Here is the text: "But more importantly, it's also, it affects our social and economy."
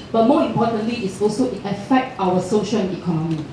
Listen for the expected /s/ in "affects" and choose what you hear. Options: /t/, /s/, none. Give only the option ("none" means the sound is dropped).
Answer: none